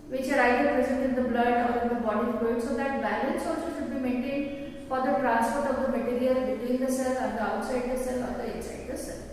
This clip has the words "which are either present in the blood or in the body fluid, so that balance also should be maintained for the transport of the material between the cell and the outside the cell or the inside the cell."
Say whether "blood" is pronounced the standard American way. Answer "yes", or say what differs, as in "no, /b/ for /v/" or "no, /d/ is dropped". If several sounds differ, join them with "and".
yes